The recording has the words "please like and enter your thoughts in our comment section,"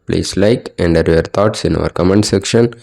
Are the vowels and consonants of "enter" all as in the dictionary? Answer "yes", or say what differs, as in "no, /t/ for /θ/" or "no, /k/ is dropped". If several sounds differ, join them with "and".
no, /n/ is dropped